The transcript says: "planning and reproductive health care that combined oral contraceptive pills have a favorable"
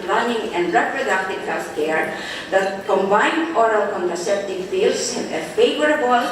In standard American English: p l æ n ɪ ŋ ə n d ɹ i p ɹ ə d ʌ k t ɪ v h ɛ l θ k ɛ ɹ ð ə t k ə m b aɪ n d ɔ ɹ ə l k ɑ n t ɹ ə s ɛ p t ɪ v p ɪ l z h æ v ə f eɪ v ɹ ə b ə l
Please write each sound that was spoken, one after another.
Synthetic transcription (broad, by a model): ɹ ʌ n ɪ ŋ ə n d ɹ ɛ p ɹ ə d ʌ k t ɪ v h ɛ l f k ɛ ɹ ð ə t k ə m b aɪ n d ɔ ɹ ə l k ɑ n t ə s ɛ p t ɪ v f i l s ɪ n ə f eɪ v ɹ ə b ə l